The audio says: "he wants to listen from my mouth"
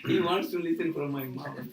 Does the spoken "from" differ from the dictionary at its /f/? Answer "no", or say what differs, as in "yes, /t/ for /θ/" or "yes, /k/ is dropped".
yes, /p/ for /f/